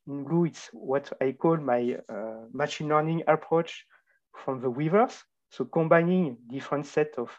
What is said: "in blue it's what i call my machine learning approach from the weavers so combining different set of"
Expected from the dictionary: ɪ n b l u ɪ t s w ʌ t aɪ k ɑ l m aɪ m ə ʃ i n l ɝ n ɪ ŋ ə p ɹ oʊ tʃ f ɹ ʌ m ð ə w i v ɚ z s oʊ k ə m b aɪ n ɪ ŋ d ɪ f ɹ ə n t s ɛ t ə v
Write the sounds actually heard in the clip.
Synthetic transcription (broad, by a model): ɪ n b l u ɪ t s w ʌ t aɪ k ɑ l m aɪ m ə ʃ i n l ɝ n ɪ ŋ ə p ɹ oʊ tʃ f ɹ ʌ m ð ə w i v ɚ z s oʊ k ə m b aɪ n ɪ ŋ d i f ɹ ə n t s ɛ t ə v